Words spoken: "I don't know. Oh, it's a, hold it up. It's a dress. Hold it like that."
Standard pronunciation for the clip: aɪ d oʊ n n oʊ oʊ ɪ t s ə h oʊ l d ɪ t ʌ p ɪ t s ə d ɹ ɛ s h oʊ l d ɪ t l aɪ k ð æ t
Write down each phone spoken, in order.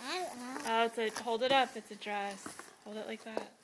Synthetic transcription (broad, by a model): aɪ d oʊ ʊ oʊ ɪ t s ə h oʊ l d ɪ t ʌ p ɪ t s ə d ɹ ɛ s h oʊ l d ɪ t l aɪ k ð æ t